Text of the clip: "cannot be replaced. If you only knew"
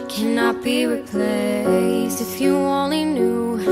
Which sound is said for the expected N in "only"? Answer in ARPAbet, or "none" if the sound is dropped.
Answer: none